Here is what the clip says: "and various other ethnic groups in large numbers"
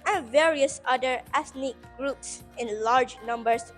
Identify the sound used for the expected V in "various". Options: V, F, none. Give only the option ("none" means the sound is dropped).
V